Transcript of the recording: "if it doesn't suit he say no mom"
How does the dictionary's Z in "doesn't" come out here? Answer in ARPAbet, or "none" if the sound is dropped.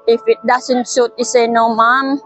S